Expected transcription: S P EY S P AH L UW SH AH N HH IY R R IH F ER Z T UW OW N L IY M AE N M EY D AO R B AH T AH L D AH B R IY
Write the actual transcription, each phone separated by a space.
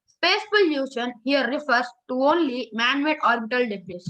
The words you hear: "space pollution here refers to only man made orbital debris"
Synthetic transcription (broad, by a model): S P EY S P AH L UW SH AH N HH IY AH R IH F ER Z T UW OW N L IY M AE N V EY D AO R B AH T AH L D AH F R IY